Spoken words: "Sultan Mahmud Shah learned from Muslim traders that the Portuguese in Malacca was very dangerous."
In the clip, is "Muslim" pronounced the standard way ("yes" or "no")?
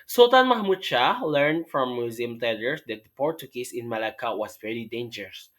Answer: no